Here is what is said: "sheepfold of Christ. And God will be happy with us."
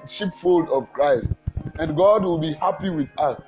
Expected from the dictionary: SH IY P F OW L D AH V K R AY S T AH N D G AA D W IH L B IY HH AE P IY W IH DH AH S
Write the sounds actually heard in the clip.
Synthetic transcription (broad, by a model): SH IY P F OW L D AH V K R AY S T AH N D G AA D W IH L B IY HH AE P IY W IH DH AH S